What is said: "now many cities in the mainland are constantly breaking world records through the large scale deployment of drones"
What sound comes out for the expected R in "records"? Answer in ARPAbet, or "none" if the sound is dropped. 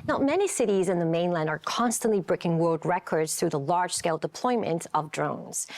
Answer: R